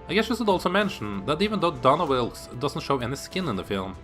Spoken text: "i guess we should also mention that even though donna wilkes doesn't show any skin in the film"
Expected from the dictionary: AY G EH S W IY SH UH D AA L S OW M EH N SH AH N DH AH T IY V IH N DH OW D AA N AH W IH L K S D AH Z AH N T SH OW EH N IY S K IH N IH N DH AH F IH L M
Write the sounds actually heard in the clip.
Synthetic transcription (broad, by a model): AY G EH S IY S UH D AA L S OW M EH N SH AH N DH AH T IY V IH N DH OW D AA N AH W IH L S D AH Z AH N T SH OW EH N IY S K IH N IH N DH AH F IH L M